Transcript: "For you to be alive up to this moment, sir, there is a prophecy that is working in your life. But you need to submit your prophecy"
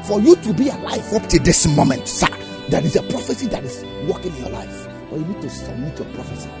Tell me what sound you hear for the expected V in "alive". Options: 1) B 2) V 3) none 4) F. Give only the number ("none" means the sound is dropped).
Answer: 4